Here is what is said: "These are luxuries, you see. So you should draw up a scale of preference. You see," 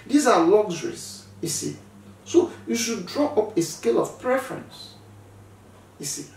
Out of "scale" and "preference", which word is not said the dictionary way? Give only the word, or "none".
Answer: none